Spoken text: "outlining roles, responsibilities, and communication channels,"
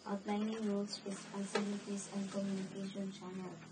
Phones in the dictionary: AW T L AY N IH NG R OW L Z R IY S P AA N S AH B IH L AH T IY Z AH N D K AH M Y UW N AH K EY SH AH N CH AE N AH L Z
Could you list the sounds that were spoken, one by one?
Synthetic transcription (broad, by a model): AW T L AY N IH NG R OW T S IH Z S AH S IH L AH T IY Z AH N D K AH M Y UW N AH K EY SH AH N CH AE N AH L